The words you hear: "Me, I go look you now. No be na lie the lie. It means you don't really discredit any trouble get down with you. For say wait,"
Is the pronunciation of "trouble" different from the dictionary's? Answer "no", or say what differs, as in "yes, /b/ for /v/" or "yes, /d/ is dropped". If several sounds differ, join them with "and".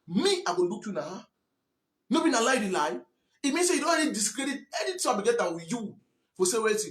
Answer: yes, /ɹ/ is dropped